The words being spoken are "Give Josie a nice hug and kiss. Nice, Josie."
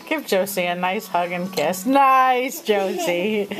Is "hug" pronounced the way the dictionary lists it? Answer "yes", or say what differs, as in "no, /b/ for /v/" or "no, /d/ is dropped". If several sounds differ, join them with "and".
yes